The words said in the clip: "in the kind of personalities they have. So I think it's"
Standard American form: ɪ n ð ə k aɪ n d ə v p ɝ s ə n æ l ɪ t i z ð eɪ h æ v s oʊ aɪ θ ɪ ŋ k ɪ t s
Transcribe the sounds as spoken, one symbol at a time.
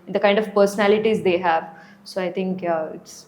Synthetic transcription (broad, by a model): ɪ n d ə k aɪ n d ə v p ɝ s ə n æ l ɪ t i z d eɪ h æ v s oʊ aɪ t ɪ ŋ k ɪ t s